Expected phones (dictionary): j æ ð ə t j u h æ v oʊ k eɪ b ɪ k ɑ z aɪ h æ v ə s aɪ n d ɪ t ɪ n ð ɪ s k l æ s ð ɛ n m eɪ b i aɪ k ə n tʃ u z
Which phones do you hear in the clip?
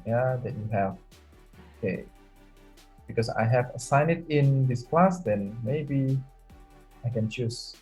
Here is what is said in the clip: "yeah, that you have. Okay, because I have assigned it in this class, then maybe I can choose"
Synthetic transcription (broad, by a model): j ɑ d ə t j u h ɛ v oʊ k eɪ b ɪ k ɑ s aɪ h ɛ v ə s aɪ n ɪ t ɪ n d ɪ s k l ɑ s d ɛ n m eɪ b i aɪ k ə n tʃ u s